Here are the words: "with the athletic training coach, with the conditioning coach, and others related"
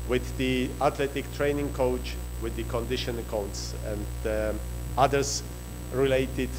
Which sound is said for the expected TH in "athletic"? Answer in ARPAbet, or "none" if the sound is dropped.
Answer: T